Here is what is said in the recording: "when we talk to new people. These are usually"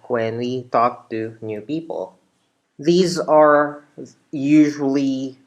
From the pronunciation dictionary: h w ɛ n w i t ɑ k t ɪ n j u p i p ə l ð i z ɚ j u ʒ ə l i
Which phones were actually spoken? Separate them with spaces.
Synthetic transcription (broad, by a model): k w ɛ n w i t ɑ k t ɪ n j u p i p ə l ð i z ɚ j u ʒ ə l i